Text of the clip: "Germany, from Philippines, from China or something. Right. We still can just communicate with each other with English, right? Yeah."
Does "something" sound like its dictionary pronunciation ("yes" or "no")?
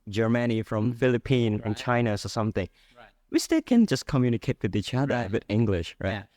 yes